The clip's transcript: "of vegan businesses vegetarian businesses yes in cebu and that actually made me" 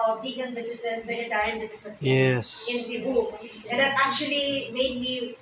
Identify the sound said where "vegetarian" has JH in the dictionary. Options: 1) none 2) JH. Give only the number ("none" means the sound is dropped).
1